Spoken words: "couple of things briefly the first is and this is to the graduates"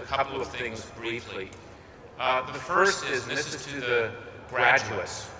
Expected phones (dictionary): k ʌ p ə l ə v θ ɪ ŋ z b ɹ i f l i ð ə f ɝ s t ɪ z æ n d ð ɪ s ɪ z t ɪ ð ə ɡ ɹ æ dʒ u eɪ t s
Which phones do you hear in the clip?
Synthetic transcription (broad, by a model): k ʌ p l ə v θ ɪ ŋ z b ɹ i f l i ð ə f ɝ s t ɪ z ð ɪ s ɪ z t ɪ ð ə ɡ ɹ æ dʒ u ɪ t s